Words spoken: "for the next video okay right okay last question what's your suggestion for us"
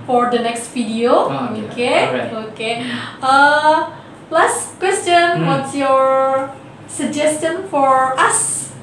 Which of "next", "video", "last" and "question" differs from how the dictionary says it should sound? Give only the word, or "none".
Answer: video